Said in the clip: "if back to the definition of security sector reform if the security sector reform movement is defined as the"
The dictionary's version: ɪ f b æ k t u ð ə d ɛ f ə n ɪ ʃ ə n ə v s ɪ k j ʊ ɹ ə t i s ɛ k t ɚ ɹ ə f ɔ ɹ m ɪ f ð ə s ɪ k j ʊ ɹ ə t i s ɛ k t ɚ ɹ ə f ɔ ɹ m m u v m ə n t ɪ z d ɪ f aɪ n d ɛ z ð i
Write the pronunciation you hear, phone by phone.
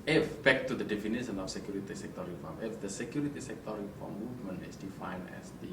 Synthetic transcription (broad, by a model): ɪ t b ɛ k t u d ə d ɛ f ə n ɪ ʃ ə n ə f s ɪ k j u ɹ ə t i s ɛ k t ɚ ɹ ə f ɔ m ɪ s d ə s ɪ k j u ɹ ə t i s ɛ k t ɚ ɹ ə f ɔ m m u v m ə n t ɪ s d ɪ f aɪ n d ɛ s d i